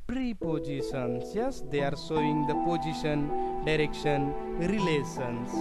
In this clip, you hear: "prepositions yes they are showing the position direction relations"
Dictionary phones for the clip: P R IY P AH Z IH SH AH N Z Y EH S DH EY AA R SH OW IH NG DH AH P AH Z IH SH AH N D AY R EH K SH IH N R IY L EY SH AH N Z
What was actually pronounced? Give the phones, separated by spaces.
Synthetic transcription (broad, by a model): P R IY P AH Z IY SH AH N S Y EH S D EY AA R S OW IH NG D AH P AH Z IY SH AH N D AY R EH K SH IH N R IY L EY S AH N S